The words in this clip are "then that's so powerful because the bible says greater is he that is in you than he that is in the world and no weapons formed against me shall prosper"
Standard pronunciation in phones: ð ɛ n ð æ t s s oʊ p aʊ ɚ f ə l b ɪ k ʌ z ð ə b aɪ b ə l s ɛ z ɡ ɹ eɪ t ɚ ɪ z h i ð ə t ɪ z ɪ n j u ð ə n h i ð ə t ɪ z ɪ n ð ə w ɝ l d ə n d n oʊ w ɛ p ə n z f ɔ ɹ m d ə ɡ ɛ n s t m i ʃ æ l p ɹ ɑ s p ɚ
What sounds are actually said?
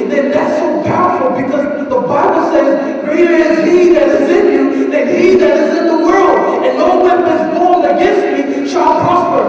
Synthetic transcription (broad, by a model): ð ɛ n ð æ t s s oʊ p aʊ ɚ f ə l b ɪ k ʌ z ð ə b aɪ b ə l s ɛ z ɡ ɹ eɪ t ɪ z h i ð ə t ɪ z ɪ n j u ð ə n h i ð ə t ɪ z ɪ n ð ə w ɝ l d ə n n oʊ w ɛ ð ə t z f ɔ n ə ɡ ɛ n s t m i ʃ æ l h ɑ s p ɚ